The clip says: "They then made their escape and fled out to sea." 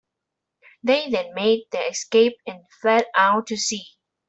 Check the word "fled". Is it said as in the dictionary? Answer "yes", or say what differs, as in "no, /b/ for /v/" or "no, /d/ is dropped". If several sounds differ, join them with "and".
no, /l/ is dropped